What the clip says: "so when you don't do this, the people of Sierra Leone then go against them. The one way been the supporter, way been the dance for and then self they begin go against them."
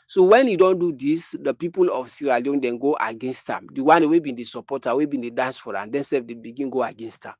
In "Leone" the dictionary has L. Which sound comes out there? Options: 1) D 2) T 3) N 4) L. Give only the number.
4